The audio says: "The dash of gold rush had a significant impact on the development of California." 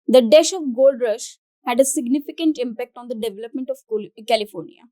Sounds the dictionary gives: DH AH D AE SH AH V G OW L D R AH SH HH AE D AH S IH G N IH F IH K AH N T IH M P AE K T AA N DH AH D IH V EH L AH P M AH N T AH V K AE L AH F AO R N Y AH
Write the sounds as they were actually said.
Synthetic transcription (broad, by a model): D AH D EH SH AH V G OW L D R AH SH HH AE D AH S IH G N IH F IH K AH N T IH M P AE K T AA N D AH D IH V EH L AH P M AH N T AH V K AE L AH F AO R N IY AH